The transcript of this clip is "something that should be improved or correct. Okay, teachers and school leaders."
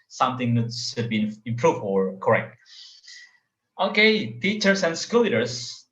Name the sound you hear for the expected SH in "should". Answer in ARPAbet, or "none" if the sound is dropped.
S